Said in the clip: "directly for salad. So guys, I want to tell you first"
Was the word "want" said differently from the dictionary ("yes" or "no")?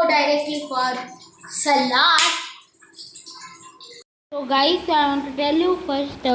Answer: yes